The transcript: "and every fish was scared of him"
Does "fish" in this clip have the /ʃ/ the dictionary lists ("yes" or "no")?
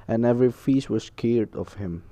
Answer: no